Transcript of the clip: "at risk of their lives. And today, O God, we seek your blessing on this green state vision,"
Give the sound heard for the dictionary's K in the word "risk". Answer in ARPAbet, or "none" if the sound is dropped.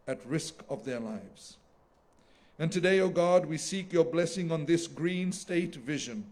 K